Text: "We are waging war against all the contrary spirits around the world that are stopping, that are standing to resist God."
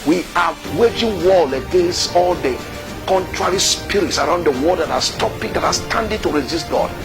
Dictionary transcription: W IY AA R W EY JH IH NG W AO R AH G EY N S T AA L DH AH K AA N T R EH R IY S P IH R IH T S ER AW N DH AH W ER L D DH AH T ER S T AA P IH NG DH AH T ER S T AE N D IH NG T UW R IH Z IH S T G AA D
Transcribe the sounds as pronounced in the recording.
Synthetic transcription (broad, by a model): W IY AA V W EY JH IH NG W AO L AH G EY N S T AA L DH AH K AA N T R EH R IY S P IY R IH T S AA AW N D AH W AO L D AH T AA S T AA P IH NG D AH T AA S T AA N D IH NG T UW R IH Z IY S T G AA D